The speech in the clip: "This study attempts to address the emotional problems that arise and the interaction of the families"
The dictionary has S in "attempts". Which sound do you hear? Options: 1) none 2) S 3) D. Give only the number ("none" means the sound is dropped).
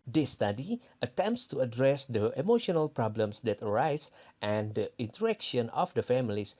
2